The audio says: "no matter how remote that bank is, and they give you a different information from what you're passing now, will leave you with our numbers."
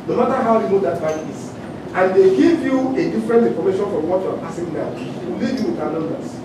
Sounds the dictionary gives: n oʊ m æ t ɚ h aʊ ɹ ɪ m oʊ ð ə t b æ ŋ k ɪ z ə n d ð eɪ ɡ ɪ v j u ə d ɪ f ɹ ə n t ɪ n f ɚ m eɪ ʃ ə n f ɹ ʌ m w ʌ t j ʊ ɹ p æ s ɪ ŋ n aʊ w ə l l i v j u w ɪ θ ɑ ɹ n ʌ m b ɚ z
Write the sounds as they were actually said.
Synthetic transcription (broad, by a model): n oʊ m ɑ t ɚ h aʊ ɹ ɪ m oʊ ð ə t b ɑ k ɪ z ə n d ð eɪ ɡ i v j u ə d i f ɹ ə n t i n f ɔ m eɪ ʃ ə n f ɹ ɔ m w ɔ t j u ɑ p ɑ s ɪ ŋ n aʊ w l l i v j u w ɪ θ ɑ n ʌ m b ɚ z